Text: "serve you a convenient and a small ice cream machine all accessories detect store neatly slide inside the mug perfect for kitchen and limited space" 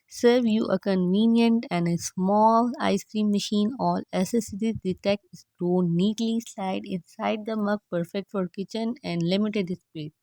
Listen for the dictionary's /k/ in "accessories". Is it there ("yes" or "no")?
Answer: no